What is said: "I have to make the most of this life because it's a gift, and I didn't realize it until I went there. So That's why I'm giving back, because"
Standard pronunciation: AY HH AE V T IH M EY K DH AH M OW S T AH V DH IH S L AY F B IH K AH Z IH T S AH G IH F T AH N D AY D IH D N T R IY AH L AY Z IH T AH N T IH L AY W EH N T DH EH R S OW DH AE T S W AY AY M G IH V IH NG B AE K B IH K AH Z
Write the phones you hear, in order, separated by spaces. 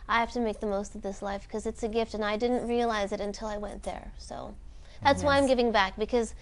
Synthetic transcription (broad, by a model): AY HH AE F T IH M EY K DH AH M OW S T AH V DH IH S L AY F K AH Z IH T S AH G IH F T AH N AY D IH D N T R IY AH L AY Z IH T AH N T IH L AY W EH N DH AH R S OW DH AE T S W AY AY M G IH V IH NG B AE K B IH K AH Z